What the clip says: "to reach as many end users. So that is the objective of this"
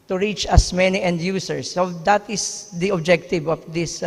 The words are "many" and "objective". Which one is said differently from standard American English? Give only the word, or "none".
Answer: none